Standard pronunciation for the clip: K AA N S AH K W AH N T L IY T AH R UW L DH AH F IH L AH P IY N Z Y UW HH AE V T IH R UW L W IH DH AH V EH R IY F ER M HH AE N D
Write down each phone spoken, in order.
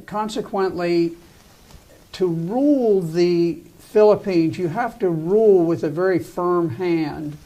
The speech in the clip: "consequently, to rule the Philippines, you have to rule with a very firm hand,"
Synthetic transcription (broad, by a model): K AA N S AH K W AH N T L IY T AH R UW L DH AH F IH L AH P IY N Z Y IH HH AE F T IH R UW L W IH DH AH V EH R IY F ER M HH AE N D